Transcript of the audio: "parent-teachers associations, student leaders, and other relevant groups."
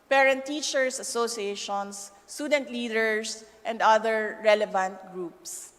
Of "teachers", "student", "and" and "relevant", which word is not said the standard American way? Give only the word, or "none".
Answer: teachers